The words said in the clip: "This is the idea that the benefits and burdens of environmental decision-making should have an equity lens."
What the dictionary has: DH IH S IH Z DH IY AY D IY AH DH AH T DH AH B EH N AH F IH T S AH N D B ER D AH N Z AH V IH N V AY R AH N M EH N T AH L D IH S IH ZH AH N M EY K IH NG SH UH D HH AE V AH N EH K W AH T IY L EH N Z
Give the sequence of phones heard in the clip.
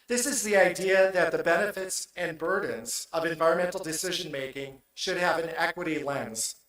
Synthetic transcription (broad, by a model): DH IH S IH Z DH IY AY D IY AH DH AH T DH AH B EH N AH F IH T S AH N B ER D N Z AH V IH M V AY R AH N M EH N T L D IH S IH ZH AH N M EY K IH NG SH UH D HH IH V AH N EH K W AH T IY L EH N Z